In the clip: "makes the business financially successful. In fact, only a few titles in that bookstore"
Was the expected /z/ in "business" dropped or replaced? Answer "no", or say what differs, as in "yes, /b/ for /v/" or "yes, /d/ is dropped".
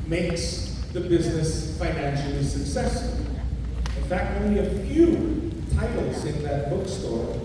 no